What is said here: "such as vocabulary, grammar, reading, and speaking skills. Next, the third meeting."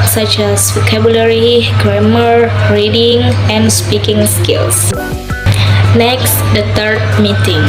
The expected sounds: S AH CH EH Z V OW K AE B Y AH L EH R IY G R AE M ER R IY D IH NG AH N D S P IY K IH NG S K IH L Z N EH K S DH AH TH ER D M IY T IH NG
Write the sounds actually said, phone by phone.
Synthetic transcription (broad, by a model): S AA CH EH S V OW K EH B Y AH L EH R IY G R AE M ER R IY D IH NG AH N S P IY K IH NG S K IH L S N EH K S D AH T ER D M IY T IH NG